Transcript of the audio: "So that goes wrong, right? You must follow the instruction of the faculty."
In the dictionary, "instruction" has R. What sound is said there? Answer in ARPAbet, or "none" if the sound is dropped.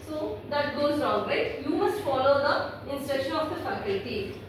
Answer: none